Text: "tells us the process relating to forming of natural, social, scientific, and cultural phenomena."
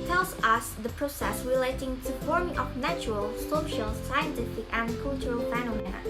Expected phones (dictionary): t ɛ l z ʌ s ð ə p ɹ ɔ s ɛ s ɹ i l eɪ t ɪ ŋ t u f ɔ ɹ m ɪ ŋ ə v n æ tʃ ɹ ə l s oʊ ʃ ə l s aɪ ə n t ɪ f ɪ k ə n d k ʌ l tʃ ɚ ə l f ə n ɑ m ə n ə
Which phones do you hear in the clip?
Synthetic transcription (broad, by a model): t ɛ l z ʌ s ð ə p ɹ ɔ s ɛ s ɹ i l eɪ t ɪ ŋ t u f ɔ ɹ m ɪ ŋ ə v n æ tʃ ɹ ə l s oʊ ʃ ə l s aɪ ə n t ɪ f ɪ k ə n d k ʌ l tʃ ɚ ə l f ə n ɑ m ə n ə